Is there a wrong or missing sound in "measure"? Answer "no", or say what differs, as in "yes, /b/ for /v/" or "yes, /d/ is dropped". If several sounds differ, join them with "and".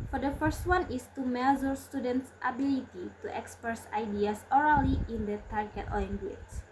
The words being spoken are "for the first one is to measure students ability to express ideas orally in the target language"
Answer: yes, /z/ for /ʒ/